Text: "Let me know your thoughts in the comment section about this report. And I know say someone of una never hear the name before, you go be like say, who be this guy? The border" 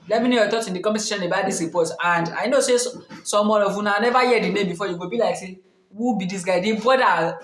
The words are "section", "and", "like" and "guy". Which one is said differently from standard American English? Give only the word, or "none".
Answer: section